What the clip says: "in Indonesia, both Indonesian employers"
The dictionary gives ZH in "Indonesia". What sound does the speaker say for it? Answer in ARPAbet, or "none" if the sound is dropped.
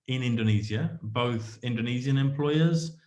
Z